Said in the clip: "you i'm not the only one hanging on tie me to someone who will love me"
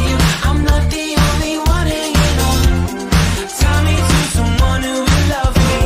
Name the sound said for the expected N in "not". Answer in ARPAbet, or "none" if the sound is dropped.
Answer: L